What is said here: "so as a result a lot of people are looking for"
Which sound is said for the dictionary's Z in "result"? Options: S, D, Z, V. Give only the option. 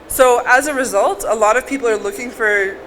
Z